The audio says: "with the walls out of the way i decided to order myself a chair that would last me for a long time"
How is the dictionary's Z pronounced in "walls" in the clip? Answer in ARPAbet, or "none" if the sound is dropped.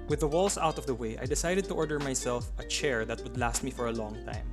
S